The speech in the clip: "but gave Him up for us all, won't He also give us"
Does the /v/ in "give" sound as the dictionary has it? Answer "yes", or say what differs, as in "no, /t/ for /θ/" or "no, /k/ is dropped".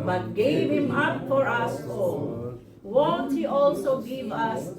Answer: yes